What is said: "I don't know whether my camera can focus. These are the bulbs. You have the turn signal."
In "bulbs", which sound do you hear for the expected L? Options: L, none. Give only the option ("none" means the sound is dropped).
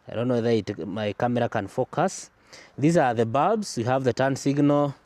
none